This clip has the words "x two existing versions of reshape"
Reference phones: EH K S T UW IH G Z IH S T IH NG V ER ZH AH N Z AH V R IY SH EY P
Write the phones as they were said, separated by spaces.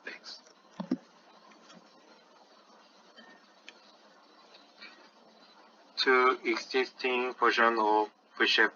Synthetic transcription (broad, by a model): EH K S T UW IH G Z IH S T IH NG P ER SH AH N AH V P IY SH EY